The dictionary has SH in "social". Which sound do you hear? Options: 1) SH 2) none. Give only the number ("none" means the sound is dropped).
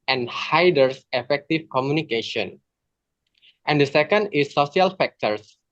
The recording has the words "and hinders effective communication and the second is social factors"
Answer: 2